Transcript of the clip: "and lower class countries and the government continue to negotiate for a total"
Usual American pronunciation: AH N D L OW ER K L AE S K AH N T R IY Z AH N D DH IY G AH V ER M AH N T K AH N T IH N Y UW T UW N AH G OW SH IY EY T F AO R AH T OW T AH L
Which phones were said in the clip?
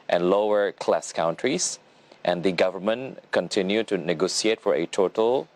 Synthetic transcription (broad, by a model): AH N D L OW ER K L AE S K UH N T R IY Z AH N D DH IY G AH V ER M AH N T K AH N T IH N Y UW T UW N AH G OW S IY EY T F AO R AH T OW T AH L